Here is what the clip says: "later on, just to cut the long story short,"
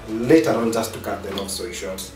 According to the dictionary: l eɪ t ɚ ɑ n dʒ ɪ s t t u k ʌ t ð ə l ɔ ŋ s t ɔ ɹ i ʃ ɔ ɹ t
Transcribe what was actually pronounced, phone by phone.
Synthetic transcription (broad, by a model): l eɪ t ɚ ɑ n dʒ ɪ s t t u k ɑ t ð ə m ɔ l s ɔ i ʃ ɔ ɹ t